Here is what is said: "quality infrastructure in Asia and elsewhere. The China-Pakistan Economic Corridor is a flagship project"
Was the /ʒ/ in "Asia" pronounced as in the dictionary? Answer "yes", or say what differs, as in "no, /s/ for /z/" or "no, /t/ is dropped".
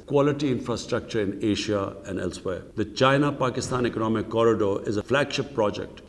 no, /ʃ/ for /ʒ/